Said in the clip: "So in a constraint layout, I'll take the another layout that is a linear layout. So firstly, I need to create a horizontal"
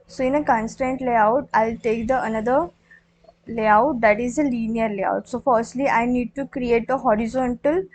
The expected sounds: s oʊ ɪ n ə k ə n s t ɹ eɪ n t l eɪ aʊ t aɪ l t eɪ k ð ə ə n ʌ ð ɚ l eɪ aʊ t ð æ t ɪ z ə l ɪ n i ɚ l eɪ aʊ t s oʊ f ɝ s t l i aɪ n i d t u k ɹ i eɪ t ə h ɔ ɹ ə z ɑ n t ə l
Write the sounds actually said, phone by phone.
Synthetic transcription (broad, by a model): s oʊ ɪ n ə k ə n s t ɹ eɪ n t l eɪ aʊ t aɪ l t eɪ k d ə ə n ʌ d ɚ l eɪ aʊ t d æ t ɪ z ə l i n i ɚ l eɪ aʊ t s oʊ f ɝ s t l i aɪ n i d t u k ɹ i eɪ t ə h ɔ ɹ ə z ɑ n t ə l